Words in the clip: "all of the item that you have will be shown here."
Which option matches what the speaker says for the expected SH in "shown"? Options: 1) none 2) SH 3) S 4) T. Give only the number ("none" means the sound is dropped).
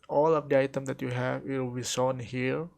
3